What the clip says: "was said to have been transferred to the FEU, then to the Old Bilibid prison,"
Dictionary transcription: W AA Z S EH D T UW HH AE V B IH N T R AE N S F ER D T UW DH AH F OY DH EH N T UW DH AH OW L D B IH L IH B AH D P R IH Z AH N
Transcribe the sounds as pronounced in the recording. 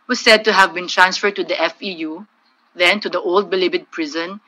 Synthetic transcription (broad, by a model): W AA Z S EH D T UW HH AE V B IH N T R AE N S F ER D T UW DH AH F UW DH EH N T UW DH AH OW L D B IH L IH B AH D P R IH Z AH N